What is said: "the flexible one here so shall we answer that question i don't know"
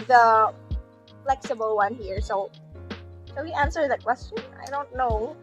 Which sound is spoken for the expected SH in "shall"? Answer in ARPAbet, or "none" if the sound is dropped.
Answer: S